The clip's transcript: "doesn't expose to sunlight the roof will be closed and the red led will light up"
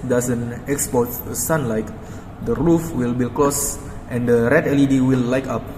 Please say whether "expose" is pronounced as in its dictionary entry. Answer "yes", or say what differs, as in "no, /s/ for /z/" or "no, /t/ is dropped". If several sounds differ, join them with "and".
no, /z/ is dropped